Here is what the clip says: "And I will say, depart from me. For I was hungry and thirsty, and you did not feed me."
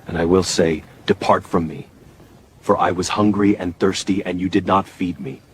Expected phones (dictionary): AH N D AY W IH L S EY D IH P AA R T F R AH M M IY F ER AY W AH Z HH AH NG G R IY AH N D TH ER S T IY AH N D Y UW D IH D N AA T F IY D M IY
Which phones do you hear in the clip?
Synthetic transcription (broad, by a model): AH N AY W IH L S EY D IH P AA R T F R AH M M IY F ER AY W AH Z HH AH NG G R IY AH N TH ER S T IY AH N Y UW D IH D N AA T F IY D M IY